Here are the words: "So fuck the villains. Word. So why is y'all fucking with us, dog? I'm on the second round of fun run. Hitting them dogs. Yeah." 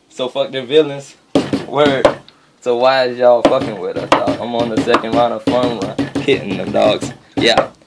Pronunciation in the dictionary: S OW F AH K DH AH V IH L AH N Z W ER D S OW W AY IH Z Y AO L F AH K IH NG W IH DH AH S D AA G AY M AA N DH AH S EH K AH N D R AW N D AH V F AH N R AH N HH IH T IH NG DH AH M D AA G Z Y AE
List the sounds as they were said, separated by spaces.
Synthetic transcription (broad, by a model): S OW F AH K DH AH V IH L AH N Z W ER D S OW W AY IH Z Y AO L F AH K IH NG W IH DH AH S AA AY M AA N DH AH S EH K AH N D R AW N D AH V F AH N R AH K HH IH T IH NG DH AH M D AA G Z Y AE